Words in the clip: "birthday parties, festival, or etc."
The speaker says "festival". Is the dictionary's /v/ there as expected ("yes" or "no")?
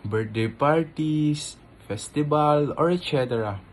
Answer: no